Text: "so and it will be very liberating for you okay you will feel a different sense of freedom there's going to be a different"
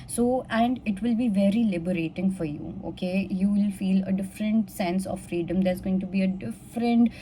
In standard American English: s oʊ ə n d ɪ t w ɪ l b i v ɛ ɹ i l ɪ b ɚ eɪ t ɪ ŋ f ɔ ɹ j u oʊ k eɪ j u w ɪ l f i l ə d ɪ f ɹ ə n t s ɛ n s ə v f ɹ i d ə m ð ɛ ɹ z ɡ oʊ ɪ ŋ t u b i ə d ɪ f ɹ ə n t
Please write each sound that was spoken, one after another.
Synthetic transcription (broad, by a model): s oʊ ə n d ɪ t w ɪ l b i v ɛ ɹ i l ɪ b ɚ eɪ t ɪ ŋ f ɔ ɹ j u oʊ k eɪ j u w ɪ l f i l ə d ɪ f ɹ ə n t s ɛ n s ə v f ɹ i d ə m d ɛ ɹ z ɡ oʊ ɪ ŋ t u b i ə d ɪ f ɹ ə n t